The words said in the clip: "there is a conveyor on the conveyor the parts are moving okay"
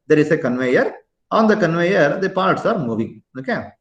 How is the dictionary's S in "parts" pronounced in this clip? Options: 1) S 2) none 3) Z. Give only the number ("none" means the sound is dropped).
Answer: 1